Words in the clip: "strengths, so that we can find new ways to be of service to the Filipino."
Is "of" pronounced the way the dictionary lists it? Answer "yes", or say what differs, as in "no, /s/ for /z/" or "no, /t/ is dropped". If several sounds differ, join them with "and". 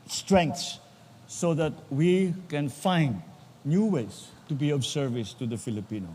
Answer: no, /b/ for /v/